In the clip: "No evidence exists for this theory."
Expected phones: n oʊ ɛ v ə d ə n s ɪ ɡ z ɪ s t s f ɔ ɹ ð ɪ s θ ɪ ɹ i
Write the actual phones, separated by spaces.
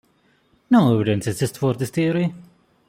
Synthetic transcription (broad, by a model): n oʊ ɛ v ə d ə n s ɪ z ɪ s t f ɔ ɹ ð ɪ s t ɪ ɹ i